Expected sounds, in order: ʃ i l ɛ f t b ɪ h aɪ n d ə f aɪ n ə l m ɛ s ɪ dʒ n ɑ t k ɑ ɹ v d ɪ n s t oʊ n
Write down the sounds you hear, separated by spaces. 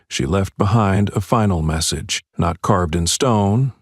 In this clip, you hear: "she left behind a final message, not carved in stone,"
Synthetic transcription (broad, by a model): ʃ i l ɛ f t b ɪ h aɪ n d ə f aɪ n l m ɛ s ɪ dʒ n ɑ t k ɑ ɹ v d ɪ n s t oʊ n